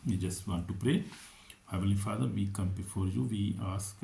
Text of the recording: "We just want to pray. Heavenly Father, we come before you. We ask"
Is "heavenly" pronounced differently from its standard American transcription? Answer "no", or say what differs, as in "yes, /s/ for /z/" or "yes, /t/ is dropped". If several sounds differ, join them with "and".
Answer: yes, /n/ is dropped